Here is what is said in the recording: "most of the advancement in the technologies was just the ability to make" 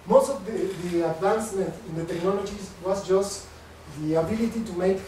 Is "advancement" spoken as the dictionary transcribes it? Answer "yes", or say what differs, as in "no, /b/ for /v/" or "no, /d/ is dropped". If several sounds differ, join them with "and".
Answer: no, /m/ is dropped